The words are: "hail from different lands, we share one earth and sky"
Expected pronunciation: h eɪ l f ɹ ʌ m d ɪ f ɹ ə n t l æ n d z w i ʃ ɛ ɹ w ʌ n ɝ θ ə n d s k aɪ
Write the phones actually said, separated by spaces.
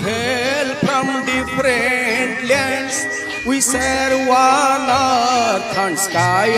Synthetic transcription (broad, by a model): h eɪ l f ɹ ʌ m d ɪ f ɹ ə n t l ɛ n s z w i s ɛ ɹ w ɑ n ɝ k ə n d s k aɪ